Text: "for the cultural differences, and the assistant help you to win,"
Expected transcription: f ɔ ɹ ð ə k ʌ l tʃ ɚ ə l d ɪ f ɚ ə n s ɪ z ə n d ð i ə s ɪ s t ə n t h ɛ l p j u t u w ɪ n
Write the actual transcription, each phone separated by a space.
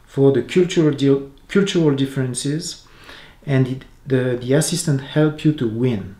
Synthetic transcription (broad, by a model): f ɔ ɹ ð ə k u l tʃ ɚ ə l d ɪ f ɚ ə n s ɪ z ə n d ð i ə s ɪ s t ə n t h ɛ l p j u t u w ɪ n